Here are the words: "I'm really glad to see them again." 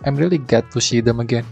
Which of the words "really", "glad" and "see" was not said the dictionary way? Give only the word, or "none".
glad